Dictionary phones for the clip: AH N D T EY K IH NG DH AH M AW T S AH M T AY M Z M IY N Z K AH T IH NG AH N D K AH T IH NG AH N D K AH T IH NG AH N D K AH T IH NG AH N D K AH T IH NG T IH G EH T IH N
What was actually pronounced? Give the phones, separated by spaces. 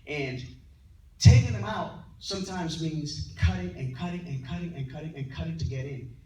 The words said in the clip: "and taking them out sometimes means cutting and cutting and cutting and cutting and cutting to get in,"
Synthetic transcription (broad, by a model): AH N T EY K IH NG DH AH M AW T S AH M T AY M Z M IY N Z K AH T IH NG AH N K AH T IH NG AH N K AH T IH NG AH N K AH T IH NG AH N K AH T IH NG T IH G EH T IH N